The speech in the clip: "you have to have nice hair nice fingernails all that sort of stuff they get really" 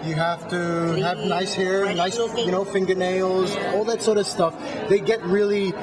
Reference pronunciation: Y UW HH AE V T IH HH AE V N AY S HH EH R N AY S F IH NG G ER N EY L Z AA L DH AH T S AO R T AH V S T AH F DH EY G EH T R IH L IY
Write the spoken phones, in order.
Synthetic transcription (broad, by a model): Y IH HH AE F T IH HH V N AY S HH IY R N AY S F IH NG G ER N EY L Z AA L DH AH T S AO R T AH V S T AH F DH EY G EH T R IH L IY